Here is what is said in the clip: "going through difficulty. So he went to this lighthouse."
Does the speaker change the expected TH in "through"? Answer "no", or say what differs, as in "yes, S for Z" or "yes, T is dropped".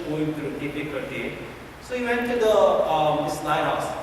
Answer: yes, T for TH